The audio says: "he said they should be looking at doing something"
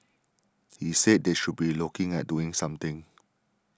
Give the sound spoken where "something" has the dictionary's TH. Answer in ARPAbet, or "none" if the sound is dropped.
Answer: T